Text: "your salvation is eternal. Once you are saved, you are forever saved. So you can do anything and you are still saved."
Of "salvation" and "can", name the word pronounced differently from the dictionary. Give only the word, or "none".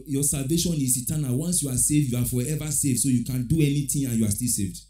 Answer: none